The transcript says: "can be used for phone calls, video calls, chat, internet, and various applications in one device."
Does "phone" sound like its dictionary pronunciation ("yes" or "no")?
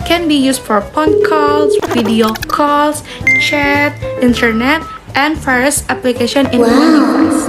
no